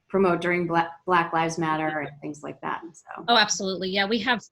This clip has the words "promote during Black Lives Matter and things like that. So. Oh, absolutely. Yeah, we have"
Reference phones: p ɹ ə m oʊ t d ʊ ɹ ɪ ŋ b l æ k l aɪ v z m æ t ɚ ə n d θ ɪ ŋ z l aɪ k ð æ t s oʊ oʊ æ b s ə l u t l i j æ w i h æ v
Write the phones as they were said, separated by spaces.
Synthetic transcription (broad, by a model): p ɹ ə m oʊ t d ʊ ɹ ɪ ŋ b l æ k l aɪ v z m æ t ɚ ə n θ ɪ ŋ z l aɪ k ð æ t s oʊ oʊ æ b s ə l u t l i j æ w i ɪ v